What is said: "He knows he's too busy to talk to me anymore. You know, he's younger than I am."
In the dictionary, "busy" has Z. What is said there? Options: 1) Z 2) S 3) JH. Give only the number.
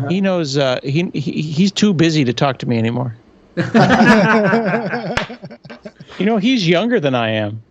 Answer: 1